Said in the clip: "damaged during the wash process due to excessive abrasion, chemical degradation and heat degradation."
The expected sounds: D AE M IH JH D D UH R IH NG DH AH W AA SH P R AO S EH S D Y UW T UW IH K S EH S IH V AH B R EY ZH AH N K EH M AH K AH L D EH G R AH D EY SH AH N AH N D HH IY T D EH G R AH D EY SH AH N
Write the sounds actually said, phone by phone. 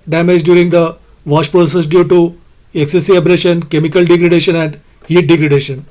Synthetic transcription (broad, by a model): D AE M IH JH D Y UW R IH NG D AH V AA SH P R AO S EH S D Y UW T UW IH K S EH S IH AH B R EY SH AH N K EH M AH K AH L D EH G R AH D EY SH AH N AH N D HH IY T D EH G R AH D EY SH AH N